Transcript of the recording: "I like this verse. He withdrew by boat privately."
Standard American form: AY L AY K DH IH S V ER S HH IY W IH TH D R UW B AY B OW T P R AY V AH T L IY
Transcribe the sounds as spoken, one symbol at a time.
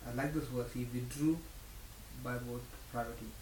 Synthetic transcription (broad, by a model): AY L AY K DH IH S W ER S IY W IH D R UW B AY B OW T P R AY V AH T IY